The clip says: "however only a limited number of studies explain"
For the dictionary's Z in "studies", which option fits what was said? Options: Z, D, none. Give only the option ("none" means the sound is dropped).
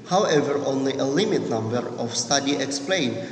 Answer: none